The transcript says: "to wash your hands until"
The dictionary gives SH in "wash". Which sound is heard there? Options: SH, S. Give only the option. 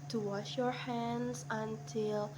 SH